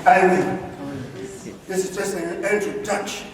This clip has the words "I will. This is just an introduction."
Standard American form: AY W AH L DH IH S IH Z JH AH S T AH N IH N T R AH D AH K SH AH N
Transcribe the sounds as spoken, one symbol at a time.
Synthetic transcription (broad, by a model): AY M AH N DH IH S IH Z JH AH S T AH N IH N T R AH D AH K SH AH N